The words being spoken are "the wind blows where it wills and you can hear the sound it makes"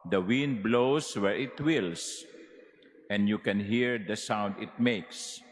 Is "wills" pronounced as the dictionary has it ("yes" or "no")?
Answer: no